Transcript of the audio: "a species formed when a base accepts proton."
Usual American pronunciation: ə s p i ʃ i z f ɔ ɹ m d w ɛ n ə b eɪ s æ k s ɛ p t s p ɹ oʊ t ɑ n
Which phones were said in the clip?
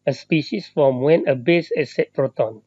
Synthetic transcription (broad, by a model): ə s p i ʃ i s f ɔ m w ɛ n ə b eɪ s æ s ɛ t p ɹ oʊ t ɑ n